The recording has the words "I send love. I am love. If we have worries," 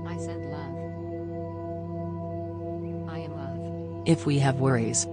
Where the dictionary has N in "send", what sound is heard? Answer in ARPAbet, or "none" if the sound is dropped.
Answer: none